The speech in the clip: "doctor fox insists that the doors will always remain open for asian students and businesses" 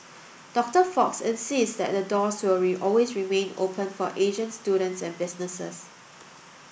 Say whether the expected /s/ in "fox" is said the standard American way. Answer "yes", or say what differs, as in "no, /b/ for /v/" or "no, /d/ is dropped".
yes